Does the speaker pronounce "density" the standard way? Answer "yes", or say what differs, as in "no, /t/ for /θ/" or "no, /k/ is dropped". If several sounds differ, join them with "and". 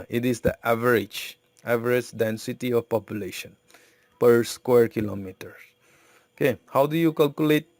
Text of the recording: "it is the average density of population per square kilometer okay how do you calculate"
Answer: yes